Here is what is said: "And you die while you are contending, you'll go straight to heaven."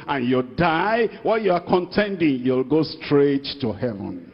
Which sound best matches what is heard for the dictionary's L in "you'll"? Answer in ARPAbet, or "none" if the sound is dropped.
L